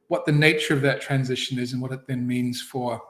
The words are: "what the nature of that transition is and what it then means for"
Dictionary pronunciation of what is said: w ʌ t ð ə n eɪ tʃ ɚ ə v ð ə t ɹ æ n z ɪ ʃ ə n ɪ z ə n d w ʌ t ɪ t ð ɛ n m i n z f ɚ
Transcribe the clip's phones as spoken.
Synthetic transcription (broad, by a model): w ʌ t ð ə n eɪ tʃ ɚ ə v ð ə t ɹ æ n z ɪ ʃ ə n ɪ z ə n w ʌ t ɪ t ð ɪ n m i n z f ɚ